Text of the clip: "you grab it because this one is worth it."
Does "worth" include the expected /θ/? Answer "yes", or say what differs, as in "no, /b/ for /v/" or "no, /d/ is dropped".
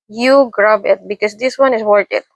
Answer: no, /t/ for /θ/